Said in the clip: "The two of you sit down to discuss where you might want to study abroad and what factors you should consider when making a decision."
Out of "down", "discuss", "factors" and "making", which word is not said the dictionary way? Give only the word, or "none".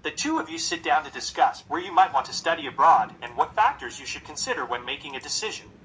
none